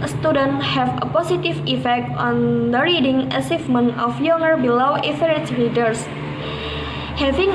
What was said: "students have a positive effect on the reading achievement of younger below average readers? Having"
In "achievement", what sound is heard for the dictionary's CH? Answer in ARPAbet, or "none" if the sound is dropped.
S